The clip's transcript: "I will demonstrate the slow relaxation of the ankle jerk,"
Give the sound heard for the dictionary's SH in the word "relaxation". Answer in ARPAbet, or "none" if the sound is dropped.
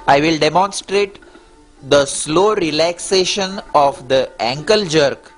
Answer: SH